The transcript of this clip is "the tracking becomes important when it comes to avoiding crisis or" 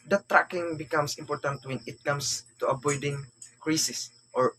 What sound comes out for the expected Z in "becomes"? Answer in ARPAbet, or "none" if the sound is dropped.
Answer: S